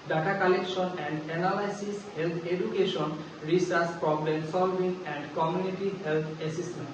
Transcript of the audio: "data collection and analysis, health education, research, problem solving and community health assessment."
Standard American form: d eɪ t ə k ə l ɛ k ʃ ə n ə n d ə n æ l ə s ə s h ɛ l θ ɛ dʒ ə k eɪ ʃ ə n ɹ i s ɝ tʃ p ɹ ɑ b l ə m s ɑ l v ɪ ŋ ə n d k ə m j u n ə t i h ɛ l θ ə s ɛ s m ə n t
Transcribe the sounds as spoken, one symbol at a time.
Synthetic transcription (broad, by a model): d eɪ t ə k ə l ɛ k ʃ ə n ə n d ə n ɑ l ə s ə s h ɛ l t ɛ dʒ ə k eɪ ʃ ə n ɹ i s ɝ s p ɹ ɑ b l ə m s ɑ l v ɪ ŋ ə n d k ə m j u n ə t i h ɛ l t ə s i s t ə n